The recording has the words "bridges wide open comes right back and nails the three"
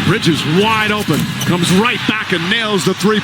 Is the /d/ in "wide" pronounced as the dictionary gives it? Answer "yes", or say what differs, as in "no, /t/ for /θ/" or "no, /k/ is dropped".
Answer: yes